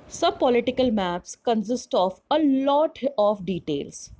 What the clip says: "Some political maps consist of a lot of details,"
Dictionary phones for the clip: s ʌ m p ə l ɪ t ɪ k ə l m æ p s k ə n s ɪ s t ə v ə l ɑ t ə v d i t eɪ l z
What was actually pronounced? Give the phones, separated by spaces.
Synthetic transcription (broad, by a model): s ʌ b p ə l ɪ t ɪ k ə l m æ p s k ə n s ɪ s t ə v ə l ɑ t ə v d i t eɪ l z